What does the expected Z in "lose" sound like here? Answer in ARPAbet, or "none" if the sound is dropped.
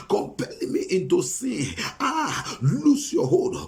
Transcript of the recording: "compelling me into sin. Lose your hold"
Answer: S